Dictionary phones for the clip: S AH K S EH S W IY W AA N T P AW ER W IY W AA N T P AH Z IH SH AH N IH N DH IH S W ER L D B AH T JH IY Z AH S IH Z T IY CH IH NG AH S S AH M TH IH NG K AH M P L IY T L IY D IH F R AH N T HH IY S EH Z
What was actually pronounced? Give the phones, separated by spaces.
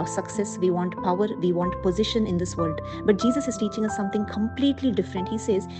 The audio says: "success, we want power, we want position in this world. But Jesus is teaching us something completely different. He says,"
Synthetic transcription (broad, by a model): S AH K S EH S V IY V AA N T P AW ER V IY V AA N T P AH Z IH SH AH N IH N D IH S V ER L D B AH T JH IY Z AH S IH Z T IY CH IH NG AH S S AH M T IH NG K AH M P L IY T L IY D IH F R AH N T HH IY S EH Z